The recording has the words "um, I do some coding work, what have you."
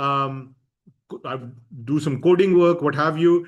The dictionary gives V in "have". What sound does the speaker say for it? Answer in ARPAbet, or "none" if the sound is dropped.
V